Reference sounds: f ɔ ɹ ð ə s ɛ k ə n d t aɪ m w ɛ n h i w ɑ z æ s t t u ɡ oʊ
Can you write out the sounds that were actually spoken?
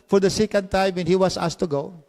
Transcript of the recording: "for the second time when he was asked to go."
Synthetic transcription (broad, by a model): f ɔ ɹ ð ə s ɛ k ə n d t aɪ m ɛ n h i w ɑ s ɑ s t t u ɡ oʊ